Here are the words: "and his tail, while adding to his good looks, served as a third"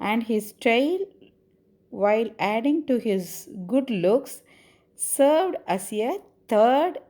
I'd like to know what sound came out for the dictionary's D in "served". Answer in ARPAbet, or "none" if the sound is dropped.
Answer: D